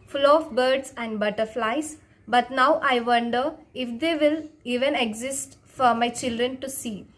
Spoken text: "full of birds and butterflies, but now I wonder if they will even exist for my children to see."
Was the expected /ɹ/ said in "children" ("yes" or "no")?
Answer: yes